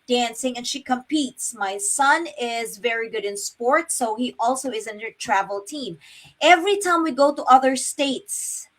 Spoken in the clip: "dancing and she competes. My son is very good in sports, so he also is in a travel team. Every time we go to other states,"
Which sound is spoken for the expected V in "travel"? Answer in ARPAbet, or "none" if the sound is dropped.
V